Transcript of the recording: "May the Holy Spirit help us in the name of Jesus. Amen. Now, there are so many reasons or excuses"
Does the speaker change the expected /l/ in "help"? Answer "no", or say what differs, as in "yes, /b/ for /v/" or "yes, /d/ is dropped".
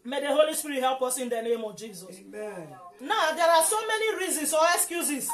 no